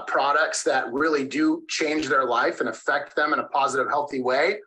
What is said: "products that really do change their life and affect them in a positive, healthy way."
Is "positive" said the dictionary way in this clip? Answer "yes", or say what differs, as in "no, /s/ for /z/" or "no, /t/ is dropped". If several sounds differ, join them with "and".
yes